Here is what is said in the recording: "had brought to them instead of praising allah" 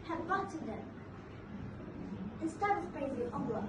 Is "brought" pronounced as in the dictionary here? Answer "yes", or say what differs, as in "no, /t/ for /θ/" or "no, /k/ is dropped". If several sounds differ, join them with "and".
no, /ɹ/ is dropped